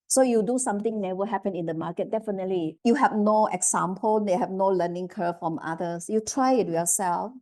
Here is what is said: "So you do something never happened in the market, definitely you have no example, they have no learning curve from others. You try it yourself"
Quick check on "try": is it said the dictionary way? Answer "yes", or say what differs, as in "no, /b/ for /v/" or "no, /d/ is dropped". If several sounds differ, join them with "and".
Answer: yes